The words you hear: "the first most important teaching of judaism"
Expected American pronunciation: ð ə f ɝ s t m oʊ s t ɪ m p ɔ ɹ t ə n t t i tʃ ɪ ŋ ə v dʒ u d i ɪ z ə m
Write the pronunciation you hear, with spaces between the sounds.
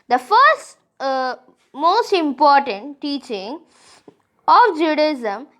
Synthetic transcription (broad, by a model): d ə f ɝ s t m oʊ s t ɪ m p ɔ ɹ t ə n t t i tʃ ɪ ŋ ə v dʒ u d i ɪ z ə m